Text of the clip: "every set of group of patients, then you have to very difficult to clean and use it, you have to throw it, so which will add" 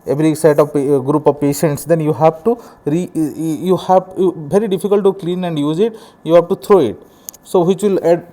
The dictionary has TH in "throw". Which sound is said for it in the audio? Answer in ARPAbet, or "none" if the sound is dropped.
T